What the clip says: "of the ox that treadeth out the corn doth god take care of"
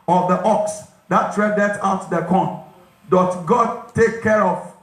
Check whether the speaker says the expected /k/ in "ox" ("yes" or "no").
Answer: yes